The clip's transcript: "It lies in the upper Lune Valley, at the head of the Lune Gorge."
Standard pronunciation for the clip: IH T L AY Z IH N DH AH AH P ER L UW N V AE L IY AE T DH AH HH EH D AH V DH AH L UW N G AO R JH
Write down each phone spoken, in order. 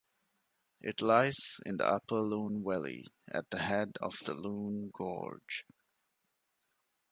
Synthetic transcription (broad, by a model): IH T L AY Z IH N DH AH AH P ER L UW N W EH L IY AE T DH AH HH EH D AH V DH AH L UW N G AO R JH